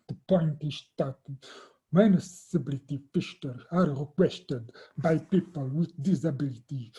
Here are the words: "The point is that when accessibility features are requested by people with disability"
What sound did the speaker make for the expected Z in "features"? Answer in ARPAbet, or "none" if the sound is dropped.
none